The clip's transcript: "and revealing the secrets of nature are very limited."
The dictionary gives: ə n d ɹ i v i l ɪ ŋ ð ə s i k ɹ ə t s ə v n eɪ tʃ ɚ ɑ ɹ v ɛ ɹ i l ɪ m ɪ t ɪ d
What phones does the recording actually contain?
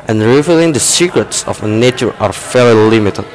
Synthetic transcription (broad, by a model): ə n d ɹ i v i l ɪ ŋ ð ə s i k ɹ ə t s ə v n eɪ tʃ ɚ ɑ ɹ f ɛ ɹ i l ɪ m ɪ t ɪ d